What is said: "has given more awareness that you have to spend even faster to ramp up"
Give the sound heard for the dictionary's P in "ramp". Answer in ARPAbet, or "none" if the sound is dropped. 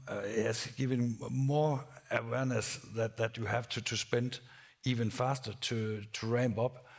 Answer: B